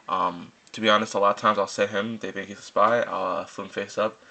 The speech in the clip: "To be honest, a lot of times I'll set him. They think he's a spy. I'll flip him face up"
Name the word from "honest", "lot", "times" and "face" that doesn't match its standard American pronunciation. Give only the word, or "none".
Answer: none